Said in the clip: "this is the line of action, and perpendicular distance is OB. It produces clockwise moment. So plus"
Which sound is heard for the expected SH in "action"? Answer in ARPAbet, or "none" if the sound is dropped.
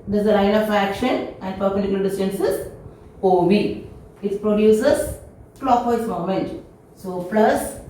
SH